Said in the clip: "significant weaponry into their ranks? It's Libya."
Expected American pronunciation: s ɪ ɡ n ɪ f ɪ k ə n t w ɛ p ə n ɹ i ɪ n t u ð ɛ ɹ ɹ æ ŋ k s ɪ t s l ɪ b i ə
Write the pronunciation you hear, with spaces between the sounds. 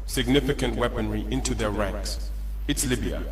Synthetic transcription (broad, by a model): s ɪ ɡ n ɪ f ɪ k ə n t w ɛ p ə n ɹ i ɪ n t u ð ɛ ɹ ɹ æ ŋ k s ɪ t s l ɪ b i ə